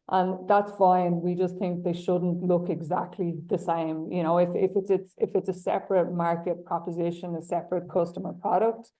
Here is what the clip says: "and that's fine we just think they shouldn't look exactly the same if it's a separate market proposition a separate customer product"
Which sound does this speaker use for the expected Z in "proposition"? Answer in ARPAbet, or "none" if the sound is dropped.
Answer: Z